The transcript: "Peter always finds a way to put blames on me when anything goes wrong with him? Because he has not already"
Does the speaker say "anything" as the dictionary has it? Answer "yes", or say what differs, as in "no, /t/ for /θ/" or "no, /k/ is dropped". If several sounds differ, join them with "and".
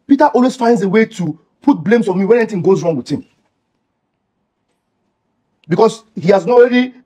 no, /t/ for /θ/